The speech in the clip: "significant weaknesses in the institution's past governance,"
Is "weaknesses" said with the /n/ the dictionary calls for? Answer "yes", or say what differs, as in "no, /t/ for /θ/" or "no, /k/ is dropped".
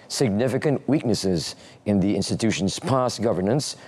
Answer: yes